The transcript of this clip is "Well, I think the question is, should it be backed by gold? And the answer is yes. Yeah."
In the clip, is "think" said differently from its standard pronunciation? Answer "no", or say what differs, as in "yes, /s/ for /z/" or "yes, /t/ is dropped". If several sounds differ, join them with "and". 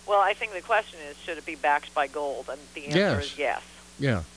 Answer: no